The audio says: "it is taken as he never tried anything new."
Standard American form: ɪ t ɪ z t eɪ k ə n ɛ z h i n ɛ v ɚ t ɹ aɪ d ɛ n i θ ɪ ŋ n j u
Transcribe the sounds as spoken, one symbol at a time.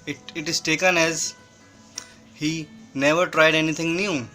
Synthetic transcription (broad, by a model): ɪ t ɪ z t eɪ k ə n ɛ z h i n ɛ v ɚ t ɹ aɪ d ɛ n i t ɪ ŋ n j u